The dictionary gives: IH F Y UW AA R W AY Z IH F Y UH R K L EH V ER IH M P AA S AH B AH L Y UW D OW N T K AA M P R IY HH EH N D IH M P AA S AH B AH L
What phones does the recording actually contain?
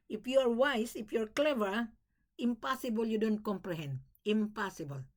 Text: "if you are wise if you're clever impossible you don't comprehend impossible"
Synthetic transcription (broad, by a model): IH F Y UW AA R W AY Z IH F Y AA R K L EH V ER IH M P AA S AH B AH L Y UW D OW N T K AA M P R IY HH EH N D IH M P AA S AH B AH L